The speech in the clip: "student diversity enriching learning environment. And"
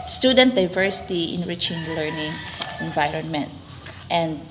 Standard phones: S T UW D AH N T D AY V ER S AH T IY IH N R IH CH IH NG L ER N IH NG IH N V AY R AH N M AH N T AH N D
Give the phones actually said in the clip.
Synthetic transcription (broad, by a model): S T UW D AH N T D AY V ER S AH T IY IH N R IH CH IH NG L ER N IH NG IH N V AY R AH N M AH N T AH N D